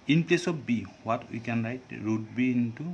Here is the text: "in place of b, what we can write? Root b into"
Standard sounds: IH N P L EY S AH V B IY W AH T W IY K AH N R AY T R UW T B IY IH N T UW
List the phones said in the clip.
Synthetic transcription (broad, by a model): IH N P L EY S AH P B IY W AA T W IY K AH N R AY T R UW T B IY N T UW